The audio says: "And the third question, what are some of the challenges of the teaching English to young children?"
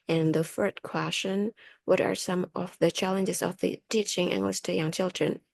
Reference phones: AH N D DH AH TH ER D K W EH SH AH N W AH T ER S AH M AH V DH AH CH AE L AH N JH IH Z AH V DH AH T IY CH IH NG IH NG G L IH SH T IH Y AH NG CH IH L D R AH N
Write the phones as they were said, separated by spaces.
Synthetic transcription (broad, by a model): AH N DH AH F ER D K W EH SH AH N W AH T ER S AH M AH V DH AH CH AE L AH N JH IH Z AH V DH AH T IY CH IH NG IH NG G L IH S T IH Y AH NG CH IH L D R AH N